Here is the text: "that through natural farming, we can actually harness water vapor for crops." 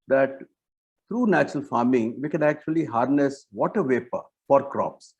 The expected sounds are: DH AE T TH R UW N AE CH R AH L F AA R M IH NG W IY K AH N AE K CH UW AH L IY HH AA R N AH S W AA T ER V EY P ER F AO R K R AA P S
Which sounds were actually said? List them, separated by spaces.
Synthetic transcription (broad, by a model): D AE T T R UW N AE CH R AH L F AA R M IH NG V IY K AH N AE K CH UW AH L IY HH AA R N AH S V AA T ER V EY P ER F AO R K R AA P S